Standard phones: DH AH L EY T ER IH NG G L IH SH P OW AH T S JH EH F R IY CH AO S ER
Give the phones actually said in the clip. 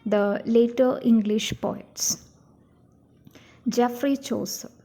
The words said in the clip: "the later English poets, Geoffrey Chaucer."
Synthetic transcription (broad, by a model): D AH L EY T ER IH NG G L IH SH P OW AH T S JH EH F R IY CH AO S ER